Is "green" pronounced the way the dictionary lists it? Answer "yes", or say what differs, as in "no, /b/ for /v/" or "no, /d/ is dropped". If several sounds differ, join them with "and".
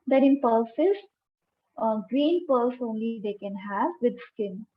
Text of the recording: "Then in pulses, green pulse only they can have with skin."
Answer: yes